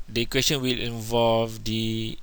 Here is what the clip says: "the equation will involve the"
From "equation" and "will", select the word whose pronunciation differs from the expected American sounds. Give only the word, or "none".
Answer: equation